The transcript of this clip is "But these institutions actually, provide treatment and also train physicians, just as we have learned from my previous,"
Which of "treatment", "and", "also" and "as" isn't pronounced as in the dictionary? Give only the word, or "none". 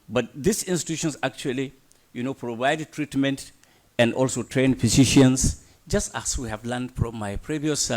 as